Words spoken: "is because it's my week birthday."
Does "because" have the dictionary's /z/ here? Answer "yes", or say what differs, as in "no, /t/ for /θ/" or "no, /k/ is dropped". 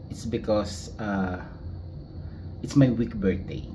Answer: no, /s/ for /z/